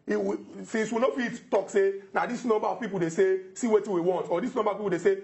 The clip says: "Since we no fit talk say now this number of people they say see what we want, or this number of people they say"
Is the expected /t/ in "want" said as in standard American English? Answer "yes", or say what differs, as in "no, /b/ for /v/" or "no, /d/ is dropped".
yes